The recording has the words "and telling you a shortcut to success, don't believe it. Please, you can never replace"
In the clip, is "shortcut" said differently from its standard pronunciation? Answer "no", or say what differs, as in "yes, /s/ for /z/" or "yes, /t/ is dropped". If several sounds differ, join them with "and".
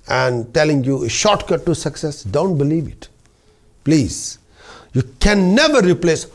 no